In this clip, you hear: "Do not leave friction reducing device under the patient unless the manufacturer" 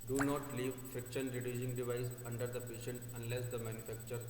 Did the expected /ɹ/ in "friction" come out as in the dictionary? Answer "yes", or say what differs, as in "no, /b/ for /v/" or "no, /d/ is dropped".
no, /ɹ/ is dropped